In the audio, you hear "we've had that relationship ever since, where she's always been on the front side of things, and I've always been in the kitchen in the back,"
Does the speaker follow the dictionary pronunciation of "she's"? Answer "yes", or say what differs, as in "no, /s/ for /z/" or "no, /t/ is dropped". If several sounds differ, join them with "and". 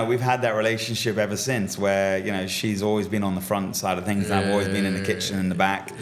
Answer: yes